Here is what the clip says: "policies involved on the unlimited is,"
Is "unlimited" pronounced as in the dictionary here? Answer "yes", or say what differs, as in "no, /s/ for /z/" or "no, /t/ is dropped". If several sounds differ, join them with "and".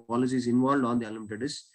no, /n/ is dropped